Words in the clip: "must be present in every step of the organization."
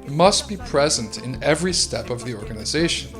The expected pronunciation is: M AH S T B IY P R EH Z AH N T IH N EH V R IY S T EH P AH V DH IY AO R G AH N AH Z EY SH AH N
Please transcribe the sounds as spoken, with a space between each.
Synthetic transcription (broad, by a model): M AH S T B IY P R EH Z AH N T IH N EH V R IY S T EH P AH V DH IY AO R G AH N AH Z EY SH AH N